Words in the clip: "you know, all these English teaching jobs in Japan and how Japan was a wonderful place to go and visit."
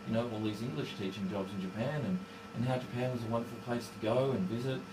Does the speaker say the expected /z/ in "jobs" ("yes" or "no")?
yes